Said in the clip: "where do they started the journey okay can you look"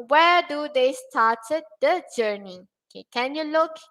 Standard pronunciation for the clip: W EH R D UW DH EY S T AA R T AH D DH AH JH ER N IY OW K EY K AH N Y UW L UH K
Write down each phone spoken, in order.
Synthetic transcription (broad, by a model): W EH D UW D EY S T AA T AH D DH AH JH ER N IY OW K EY K AH N Y UW L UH K